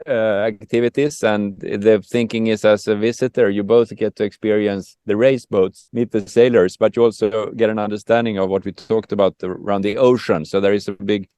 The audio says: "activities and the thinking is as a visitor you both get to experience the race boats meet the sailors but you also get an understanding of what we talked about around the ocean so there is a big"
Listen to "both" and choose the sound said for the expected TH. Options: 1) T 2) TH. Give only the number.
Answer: 2